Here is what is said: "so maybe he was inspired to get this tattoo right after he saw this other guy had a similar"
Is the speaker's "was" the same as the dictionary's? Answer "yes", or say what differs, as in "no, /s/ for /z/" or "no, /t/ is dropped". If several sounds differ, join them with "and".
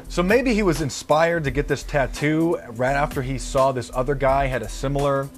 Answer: yes